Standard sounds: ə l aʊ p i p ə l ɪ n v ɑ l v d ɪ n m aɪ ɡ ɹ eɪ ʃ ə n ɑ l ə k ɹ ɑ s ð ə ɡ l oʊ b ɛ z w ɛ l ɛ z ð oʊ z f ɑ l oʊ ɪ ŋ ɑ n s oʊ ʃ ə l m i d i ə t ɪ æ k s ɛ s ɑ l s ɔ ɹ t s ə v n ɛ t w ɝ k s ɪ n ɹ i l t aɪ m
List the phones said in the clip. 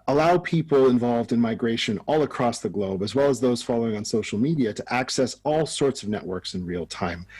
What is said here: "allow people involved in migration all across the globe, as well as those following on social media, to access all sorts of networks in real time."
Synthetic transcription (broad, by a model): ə l aʊ p i p l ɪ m v ɑ l v d ɪ n m aɪ ɡ ɹ eɪ ʃ ə n ɑ l ə k ɹ ɑ s ð ə ɡ l oʊ b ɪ z w ɛ l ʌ z ð oʊ z f ɑ l oʊ ɪ ŋ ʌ n s oʊ ʃ l m i d i ə t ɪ æ k s ɛ s ɑ l s ɔ ɹ t s ə v n ɛ t w ɝ k s ɪ n ɹ i l t aɪ m